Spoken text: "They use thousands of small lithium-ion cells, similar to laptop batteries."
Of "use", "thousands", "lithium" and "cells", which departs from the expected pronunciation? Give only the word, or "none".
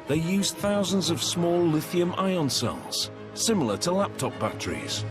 none